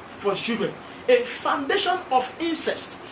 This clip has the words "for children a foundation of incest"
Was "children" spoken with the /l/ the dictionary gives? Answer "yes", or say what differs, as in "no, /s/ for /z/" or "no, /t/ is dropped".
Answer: no, /l/ is dropped